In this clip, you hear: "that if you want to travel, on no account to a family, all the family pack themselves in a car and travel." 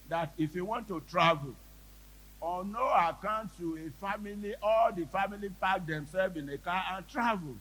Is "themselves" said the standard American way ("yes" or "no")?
no